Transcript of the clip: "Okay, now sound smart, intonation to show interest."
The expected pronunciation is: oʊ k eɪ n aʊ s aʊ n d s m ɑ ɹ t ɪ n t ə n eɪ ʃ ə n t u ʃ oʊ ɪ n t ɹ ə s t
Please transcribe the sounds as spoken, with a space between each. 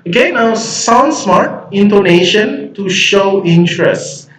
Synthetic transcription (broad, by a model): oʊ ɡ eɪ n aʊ s aʊ n d s m ɑ ɹ t ɪ n t ə n eɪ ʃ ə n t u ʃ oʊ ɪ n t ɹ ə s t